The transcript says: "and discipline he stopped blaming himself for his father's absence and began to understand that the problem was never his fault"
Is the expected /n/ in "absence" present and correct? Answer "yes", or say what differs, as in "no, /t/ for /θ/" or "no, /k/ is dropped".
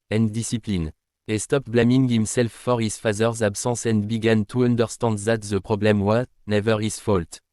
no, /n/ is dropped